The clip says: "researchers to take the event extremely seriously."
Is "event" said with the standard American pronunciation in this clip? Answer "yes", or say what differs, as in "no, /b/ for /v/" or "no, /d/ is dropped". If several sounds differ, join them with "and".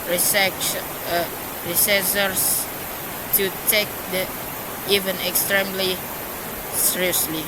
no, /t/ is dropped